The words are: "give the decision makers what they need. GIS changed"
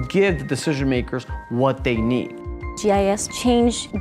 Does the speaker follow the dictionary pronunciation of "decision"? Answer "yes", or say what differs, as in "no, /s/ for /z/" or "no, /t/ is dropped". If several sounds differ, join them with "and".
yes